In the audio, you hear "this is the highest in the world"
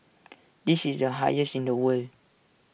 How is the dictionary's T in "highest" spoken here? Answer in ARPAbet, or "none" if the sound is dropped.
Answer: none